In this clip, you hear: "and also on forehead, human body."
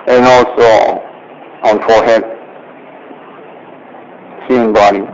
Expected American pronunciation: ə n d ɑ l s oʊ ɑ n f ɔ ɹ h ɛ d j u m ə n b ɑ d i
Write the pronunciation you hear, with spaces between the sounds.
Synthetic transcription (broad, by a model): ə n ɑ l s oʊ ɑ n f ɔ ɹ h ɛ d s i ə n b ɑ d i